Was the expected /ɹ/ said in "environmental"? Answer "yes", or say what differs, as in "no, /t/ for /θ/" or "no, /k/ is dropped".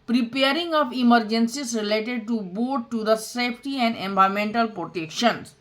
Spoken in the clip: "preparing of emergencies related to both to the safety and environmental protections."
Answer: no, /ɹ/ is dropped